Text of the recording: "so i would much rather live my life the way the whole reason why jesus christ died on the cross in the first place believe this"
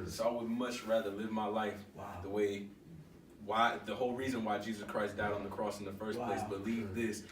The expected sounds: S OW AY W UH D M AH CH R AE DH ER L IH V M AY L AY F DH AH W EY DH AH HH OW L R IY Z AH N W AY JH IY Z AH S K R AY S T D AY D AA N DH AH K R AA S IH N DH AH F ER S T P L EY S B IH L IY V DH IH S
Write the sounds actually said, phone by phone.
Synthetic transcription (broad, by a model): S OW AY W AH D M AH CH R AE DH ER L IH V M AY L AY F DH AH W EY DH AH HH OW L R IY Z AH N W AY JH IY Z AH S K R AY S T D AY D N DH AH K R AA S N DH AH F ER S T P L EY S B IH L IY V DH IH S